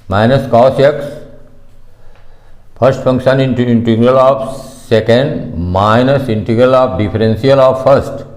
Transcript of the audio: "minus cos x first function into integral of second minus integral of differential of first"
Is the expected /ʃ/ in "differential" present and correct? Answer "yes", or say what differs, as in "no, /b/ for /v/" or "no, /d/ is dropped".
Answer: no, /s/ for /ʃ/